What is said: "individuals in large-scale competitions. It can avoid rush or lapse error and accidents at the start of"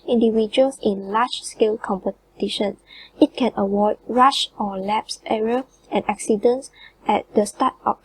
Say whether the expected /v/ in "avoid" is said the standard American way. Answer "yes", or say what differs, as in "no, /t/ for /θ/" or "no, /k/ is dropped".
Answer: no, /w/ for /v/